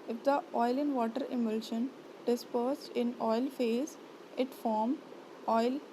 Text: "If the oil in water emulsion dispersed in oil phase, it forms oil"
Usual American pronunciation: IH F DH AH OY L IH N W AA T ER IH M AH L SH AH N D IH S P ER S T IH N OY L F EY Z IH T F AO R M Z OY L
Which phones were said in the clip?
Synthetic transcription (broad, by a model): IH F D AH OY L IH N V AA T ER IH M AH L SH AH N D IH S P ER S T IH N OY L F EY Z IH T F AO R M OY L